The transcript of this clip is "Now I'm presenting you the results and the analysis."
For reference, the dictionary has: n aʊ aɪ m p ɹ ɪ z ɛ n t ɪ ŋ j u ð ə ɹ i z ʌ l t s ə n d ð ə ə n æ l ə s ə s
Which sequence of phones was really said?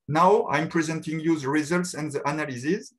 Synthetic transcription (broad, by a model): n aʊ aɪ m p ɹ ɪ z ɛ n t ɪ ŋ j u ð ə ɹ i z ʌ l t s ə n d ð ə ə n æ l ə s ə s